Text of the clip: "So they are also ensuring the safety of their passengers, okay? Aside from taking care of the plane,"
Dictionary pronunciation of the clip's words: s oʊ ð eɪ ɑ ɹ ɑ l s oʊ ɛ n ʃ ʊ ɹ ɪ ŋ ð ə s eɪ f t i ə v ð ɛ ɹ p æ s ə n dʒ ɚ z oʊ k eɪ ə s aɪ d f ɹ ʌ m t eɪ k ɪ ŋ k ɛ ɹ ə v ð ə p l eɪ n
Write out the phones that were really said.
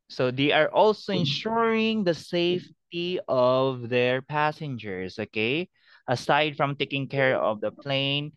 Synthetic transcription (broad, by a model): s oʊ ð eɪ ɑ ɹ ɑ l s oʊ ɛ n ʃ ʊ ɹ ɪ ŋ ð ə s eɪ f t i ə v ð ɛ ɹ p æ s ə n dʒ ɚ s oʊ k eɪ ə s aɪ d f ɹ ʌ m t eɪ k ɪ ŋ k ɛ ɹ ə v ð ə p l eɪ n